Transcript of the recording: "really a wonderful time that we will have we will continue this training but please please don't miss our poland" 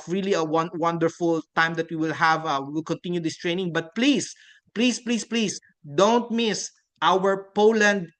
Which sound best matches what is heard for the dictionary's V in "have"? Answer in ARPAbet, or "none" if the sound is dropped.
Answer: V